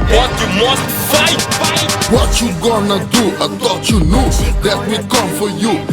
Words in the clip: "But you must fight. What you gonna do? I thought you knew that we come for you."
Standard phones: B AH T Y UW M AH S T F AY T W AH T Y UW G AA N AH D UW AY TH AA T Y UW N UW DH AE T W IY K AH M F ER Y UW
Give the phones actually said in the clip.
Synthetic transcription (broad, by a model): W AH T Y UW M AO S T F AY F W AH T Y UW G AA N AH D UW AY T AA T Y UW N UW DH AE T W IY K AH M F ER Y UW